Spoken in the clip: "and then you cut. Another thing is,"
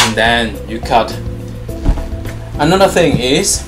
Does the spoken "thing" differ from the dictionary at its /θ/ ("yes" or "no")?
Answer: no